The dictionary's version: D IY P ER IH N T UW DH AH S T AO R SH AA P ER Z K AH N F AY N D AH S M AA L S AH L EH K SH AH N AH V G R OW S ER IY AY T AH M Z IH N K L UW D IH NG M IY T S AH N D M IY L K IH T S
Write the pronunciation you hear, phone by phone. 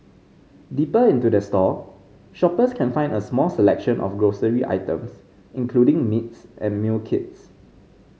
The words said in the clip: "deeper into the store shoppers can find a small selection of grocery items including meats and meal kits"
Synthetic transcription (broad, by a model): D IY P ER IH N T UW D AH S T AO SH AA P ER S K AH N F AY N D AH S M AA L S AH L EH K SH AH N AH F G R OW S ER IY AY T AH M S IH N K L UW D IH NG M IY T S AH N M IY L K IH T S